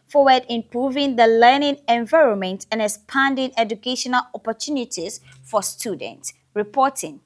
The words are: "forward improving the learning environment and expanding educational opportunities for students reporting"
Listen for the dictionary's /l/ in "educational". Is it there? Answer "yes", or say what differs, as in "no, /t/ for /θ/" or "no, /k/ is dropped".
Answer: yes